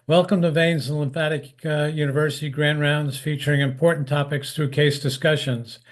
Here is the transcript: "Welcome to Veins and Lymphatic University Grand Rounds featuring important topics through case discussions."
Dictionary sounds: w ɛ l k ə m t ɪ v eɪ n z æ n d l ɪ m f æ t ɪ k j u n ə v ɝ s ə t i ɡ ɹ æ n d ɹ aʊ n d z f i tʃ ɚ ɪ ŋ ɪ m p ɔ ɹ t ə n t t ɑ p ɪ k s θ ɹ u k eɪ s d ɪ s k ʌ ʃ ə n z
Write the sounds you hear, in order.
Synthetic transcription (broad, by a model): w ɛ l k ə m t ɪ v eɪ n z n l ɪ m f æ t ɪ k j u n ə v ɝ s ə t i ɡ ɹ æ n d ɹ aʊ n d z f i tʃ ɚ ɪ ŋ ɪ m p ɔ ɹ t n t t ɑ p ɪ k s θ ɹ u k eɪ s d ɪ s k ʌ ʃ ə n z